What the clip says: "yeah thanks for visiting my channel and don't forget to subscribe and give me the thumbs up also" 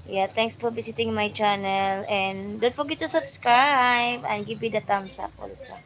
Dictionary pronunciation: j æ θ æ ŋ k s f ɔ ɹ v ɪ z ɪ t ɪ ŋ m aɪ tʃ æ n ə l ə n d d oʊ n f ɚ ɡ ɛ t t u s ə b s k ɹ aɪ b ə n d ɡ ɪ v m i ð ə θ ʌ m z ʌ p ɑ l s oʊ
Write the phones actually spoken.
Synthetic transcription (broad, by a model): j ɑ t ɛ ŋ k s f ɔ ɹ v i s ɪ t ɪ ŋ m aɪ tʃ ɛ n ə l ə n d d oʊ n f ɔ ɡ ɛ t t u s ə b s k ɹ aɪ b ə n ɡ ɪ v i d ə t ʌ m s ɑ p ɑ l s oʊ